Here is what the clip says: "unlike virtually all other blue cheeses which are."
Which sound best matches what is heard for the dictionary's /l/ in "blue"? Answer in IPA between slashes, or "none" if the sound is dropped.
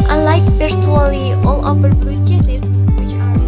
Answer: none